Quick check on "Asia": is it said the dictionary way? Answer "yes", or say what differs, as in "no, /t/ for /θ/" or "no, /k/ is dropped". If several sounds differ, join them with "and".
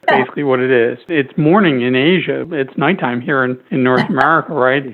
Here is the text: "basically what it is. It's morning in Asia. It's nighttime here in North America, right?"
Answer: yes